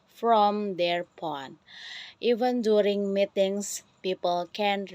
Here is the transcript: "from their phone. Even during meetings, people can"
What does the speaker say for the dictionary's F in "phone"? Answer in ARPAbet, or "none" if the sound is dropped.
P